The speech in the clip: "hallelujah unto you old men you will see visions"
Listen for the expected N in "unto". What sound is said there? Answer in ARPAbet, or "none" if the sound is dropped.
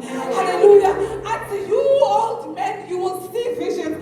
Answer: none